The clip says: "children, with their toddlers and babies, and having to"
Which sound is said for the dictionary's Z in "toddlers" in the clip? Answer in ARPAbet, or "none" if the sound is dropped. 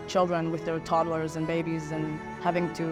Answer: Z